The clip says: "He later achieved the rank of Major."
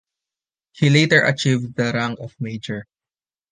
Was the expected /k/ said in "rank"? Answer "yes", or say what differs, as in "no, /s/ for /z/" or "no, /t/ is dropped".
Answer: no, /k/ is dropped